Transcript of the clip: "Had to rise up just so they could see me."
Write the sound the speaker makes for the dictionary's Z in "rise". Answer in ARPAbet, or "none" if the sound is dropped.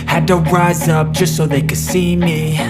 Z